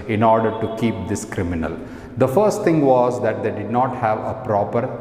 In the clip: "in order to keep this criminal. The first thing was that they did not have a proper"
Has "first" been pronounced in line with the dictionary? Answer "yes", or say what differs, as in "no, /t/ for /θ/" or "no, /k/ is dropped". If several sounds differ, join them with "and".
yes